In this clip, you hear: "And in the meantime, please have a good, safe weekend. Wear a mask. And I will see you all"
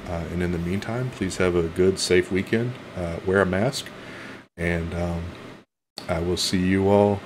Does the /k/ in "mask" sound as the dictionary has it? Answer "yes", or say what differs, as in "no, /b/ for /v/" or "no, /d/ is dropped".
yes